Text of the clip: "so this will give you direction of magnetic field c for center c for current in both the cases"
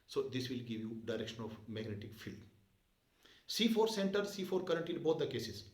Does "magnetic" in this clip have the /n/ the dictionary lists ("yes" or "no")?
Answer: yes